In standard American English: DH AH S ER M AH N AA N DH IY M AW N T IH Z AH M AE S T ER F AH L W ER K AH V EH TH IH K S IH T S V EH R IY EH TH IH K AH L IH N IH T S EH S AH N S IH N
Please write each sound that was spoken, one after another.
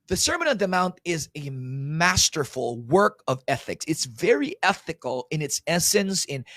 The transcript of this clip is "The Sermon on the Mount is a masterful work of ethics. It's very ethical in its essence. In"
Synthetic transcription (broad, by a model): DH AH S ER M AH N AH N DH IY M AW N T IH Z AH M AE S T ER F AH L W ER K AH V EH TH IH K S IH T S V EH R IY EH TH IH K L IH N IH T S EH S AH N S IH N